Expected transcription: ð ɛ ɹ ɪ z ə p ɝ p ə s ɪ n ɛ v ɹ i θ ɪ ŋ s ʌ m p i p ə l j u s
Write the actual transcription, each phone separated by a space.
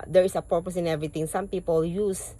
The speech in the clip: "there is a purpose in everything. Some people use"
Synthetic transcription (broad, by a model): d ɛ ɹ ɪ s ə p ɝ p ə s ɪ n ɛ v ɹ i t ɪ ŋ s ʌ m p i p ə l j u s